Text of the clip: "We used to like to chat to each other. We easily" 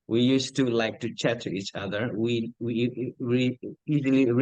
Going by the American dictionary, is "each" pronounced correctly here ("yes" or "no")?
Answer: yes